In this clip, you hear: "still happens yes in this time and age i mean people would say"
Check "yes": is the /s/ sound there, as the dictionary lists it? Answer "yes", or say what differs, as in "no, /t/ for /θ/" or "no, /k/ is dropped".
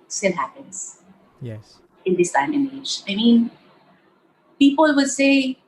no, /s/ is dropped